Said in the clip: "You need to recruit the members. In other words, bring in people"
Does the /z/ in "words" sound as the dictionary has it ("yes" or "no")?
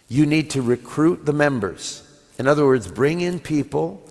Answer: yes